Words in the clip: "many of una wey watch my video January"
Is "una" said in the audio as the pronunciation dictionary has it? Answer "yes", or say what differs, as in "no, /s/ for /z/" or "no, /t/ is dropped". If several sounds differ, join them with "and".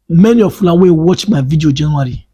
no, /l/ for /n/